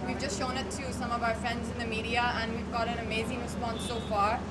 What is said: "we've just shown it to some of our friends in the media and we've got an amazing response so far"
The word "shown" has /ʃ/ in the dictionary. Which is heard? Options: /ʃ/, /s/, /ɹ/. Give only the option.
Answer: /ʃ/